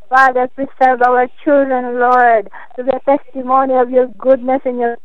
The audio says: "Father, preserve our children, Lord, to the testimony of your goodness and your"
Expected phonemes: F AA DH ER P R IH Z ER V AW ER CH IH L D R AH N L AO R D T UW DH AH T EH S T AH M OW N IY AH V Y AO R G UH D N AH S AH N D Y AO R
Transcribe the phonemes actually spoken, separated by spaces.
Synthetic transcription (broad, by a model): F AA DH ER P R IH S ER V AW ER CH IH L D R AH N L AO R D T UW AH T EH S T AH M OW N IY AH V Y AO R G UH D N AH S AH N Y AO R